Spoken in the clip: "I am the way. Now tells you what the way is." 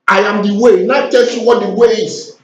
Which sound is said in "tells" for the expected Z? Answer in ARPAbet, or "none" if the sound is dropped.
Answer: none